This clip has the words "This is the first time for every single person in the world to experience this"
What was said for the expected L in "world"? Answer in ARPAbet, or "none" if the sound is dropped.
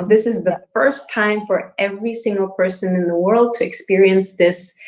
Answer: L